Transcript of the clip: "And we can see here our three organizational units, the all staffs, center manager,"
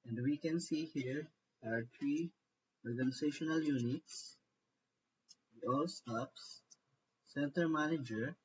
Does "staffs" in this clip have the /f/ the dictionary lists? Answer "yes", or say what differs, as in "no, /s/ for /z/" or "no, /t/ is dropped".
no, /p/ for /f/